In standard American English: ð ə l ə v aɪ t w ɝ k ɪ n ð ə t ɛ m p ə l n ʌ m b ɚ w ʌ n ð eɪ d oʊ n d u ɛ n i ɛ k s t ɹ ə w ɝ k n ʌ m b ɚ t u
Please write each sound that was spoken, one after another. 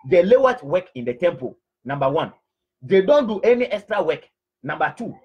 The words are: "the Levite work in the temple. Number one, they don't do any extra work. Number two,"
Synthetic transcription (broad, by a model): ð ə l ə w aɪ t w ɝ k ɪ n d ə t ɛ m p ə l n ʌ m b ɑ w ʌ n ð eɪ d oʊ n d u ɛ n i ɛ k s t ɹ ə w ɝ k n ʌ m b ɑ t u